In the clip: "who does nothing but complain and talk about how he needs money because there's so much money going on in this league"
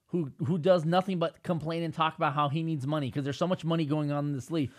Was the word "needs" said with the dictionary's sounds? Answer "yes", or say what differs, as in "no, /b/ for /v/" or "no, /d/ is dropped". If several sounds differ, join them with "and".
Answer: yes